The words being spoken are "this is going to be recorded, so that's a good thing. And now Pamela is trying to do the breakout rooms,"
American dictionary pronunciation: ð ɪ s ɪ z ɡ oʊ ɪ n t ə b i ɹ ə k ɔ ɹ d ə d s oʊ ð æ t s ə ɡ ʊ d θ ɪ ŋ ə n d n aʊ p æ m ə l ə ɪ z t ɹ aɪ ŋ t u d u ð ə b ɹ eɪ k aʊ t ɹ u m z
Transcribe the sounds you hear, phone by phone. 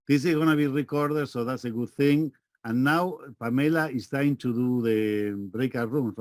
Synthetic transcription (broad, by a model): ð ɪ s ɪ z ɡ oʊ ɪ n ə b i ɹ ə k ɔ ɹ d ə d s oʊ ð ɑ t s ə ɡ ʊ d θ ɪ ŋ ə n n aʊ p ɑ m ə l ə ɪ s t aɪ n t u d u ð ə b ɹ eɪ k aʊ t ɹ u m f